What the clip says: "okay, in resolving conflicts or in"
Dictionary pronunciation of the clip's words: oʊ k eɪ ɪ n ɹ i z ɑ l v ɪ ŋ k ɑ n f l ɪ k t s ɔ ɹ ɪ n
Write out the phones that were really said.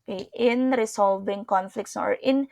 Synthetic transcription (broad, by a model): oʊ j ɪ n ɹ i s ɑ l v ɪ ŋ k ɑ n f l ɪ k t s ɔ ɹ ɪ n